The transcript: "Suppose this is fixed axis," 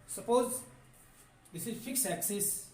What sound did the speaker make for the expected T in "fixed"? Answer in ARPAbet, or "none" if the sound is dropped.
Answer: none